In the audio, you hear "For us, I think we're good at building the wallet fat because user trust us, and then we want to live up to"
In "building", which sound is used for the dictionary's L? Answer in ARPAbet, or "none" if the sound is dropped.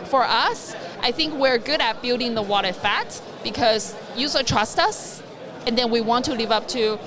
L